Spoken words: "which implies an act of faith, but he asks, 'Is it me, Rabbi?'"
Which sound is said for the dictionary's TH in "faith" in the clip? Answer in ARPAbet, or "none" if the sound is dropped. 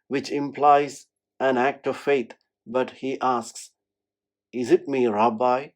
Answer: T